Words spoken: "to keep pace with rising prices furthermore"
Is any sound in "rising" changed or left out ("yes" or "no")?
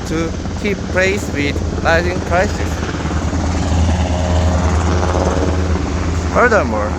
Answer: yes